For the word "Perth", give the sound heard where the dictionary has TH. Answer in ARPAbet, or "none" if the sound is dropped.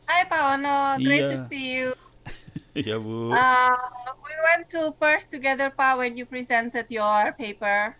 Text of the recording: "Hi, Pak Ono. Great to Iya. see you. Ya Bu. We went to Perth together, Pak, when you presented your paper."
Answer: S